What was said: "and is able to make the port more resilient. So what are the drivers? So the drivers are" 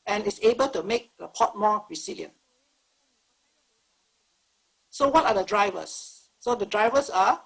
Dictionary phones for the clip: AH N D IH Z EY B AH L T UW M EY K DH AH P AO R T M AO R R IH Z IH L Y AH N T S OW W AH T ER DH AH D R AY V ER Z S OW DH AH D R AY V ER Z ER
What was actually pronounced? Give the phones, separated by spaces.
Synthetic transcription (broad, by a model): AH N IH S EY B AH L T UW M EY K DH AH P AO T M AO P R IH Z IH L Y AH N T S OW W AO T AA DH AH D R AY V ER S OW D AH D R AY V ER S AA